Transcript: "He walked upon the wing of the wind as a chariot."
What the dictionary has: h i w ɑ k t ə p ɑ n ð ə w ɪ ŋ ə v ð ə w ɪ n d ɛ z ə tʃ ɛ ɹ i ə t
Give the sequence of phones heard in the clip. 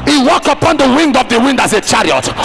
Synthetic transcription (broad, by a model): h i w ɑ k t ə p ɑ n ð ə w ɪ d ə v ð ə w ɪ n d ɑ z ə tʃ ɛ ɹ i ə t